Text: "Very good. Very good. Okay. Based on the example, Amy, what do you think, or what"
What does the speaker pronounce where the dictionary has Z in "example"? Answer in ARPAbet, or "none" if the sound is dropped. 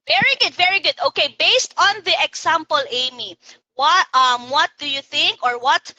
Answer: S